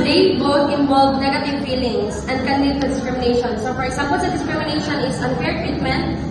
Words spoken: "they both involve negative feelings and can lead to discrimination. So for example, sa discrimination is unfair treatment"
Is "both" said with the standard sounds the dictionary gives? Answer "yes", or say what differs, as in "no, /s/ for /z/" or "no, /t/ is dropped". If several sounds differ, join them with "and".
no, /t/ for /θ/